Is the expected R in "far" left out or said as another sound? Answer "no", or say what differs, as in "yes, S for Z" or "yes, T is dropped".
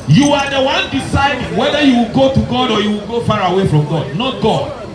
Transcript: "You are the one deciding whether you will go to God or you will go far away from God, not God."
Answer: no